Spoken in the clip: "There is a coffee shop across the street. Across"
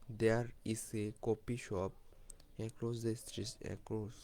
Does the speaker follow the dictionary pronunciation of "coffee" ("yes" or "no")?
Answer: no